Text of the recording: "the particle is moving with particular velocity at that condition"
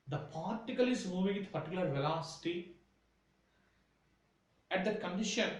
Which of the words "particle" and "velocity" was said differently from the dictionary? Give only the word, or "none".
none